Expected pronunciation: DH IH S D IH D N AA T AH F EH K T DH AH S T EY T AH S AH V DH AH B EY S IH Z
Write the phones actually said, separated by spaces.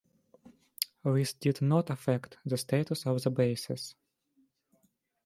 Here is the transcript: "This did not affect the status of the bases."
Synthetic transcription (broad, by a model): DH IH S D IH D N AA T AH F EH K T DH AH S T EY T AH S AH V DH AH B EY S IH S